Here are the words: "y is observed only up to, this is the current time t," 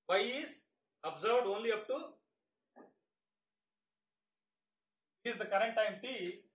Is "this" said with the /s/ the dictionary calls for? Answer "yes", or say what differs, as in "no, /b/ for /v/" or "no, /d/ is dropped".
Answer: no, /s/ is dropped